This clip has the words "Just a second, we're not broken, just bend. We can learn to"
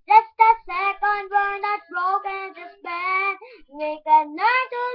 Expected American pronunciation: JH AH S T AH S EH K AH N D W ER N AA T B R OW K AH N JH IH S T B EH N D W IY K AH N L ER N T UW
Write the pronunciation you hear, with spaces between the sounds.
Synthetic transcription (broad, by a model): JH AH S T AH S EH K AH N D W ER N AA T B R OW K AH N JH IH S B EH D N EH K AH N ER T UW